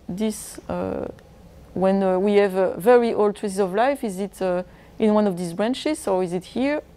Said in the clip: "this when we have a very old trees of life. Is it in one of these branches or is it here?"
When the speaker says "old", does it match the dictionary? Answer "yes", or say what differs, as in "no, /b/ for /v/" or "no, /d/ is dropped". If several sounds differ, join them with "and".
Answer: yes